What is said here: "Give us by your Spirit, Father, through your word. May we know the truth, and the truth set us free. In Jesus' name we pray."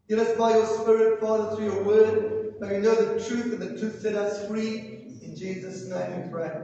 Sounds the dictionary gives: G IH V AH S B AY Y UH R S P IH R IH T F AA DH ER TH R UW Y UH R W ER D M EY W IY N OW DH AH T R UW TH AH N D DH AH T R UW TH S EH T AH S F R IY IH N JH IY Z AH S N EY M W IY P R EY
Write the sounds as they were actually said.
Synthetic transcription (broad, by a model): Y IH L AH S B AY Y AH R S P IH R IH T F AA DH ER TH R UW Y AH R W ER D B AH W IY N OW DH AH T R UW TH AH N DH AH T R UW TH S EH T AH S F R IY IH N JH IY Z AH S N EY M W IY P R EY